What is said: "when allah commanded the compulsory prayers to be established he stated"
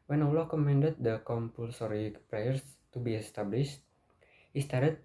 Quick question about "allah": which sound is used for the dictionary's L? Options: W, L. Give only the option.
L